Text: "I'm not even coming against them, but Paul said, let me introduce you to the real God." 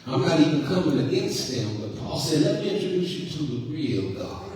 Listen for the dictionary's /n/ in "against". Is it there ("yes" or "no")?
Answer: yes